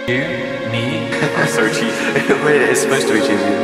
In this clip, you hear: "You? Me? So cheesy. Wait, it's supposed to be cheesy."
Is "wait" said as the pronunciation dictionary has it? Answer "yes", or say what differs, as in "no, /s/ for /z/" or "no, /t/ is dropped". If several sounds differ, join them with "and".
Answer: no, /t/ is dropped